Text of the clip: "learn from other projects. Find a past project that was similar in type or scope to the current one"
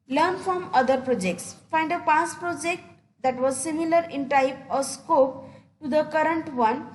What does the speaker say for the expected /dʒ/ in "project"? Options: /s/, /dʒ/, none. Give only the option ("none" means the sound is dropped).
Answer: /dʒ/